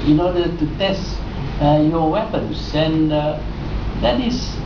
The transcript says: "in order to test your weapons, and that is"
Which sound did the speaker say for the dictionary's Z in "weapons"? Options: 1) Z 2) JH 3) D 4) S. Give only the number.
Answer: 4